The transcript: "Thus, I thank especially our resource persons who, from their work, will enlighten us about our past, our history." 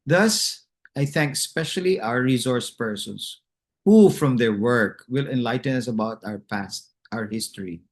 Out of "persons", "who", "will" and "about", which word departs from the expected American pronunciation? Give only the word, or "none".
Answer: persons